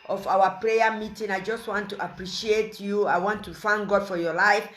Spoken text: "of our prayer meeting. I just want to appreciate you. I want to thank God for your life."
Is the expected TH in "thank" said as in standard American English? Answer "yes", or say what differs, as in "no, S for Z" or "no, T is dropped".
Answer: no, F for TH